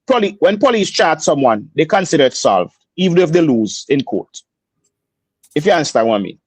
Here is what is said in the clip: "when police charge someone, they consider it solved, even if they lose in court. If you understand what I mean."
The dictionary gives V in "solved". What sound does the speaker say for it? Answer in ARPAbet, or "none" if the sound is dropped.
V